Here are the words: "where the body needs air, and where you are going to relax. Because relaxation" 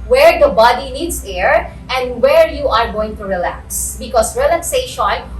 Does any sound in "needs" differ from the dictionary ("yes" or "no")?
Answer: yes